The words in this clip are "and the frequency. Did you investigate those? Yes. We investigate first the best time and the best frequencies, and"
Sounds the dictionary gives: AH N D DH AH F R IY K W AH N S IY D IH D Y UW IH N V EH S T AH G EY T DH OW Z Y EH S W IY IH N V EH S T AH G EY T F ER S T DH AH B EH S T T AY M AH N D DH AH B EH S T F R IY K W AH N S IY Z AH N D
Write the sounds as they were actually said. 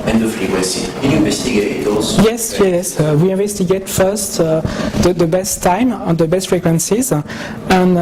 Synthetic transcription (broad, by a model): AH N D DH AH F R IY W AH S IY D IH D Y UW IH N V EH S T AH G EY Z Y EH S Y EH S W IY IH N V EH S T AH G EY T F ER S T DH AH B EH S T T AY M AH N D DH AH B EH S T F R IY K W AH N S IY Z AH N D